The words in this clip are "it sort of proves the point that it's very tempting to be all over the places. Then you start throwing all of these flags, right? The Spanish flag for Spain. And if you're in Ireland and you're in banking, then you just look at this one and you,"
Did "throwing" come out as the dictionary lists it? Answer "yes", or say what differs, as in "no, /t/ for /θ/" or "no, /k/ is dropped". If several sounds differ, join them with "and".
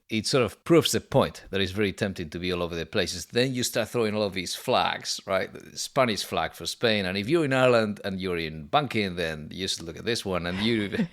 yes